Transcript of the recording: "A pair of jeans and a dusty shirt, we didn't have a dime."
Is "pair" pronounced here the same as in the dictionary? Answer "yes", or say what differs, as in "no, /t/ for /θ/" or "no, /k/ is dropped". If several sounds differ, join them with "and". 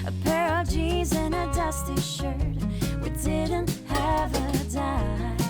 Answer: yes